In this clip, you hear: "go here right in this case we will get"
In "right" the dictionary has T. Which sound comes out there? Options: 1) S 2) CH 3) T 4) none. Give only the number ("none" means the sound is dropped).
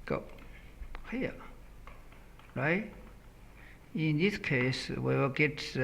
4